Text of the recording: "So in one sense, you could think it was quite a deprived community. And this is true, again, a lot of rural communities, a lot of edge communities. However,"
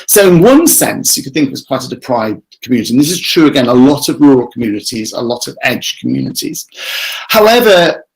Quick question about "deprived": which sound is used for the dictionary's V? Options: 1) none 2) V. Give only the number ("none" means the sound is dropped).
1